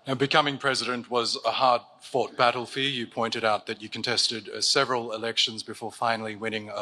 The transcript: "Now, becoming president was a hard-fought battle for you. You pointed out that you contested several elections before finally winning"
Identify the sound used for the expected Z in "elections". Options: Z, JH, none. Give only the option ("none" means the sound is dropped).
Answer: Z